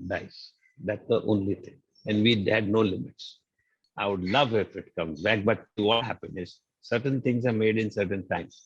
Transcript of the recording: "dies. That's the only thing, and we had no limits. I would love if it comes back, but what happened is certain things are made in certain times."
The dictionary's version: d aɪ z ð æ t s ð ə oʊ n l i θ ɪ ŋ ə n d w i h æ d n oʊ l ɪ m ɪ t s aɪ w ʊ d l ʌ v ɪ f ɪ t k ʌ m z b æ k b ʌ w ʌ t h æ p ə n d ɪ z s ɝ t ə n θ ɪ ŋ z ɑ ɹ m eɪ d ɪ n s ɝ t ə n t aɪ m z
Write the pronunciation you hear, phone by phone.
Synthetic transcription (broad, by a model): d aɪ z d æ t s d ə oʊ n l i t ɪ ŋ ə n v i h æ d n oʊ l ɪ m ɪ t s aɪ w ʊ d l ʌ v ɪ f ɪ t k ʌ m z b æ k b ʌ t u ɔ h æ p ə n ɪ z s ɝ t ə n t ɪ ŋ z ɑ ɹ m eɪ d ɪ n s ɝ t ə n t aɪ m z